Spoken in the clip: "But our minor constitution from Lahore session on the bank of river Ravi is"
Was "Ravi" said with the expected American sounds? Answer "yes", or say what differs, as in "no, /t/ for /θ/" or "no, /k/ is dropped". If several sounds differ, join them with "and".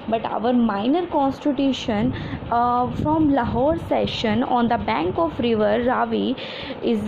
yes